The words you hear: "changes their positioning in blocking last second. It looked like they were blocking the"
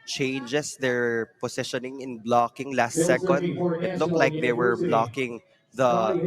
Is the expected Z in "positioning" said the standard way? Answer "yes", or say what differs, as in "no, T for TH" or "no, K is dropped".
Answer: no, S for Z